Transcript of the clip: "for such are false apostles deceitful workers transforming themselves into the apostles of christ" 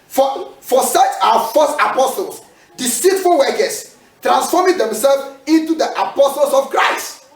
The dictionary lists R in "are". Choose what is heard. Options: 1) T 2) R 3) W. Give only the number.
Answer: 3